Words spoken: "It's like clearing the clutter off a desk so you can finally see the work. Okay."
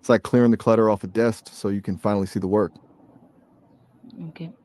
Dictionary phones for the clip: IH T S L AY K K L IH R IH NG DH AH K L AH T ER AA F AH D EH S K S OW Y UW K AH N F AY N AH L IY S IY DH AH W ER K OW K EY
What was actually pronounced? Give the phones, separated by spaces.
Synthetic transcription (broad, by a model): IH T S L AY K K L IH R IH NG DH AH K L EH T ER AA F AH D EH S K S OW Y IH K AH N F AY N L IY S IY DH AH W ER K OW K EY